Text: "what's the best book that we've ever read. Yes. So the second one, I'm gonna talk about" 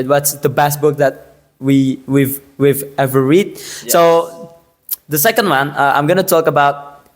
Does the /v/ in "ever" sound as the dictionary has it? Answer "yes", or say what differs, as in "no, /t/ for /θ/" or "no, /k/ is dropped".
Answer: yes